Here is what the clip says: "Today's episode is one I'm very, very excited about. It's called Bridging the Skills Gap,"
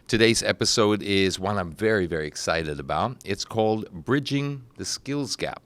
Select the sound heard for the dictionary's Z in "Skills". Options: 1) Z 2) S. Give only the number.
1